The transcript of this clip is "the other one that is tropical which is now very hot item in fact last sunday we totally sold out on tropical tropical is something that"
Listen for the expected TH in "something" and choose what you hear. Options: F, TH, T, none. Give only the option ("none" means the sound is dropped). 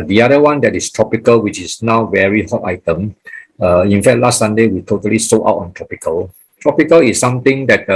T